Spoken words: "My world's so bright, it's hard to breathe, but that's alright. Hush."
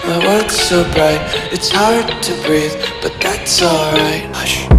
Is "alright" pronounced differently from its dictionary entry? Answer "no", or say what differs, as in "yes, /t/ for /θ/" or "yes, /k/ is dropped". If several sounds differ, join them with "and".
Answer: no